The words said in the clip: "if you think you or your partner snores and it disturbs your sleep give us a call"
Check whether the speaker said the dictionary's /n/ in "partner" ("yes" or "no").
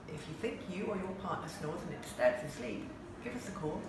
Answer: no